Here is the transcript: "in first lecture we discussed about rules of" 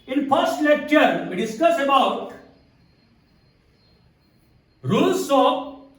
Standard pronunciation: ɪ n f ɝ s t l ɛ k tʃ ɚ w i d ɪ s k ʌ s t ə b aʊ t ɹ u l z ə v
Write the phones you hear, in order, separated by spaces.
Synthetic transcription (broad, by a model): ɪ n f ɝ s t l ɛ k tʃ ɚ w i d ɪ s k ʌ s ə b aʊ t ɹ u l s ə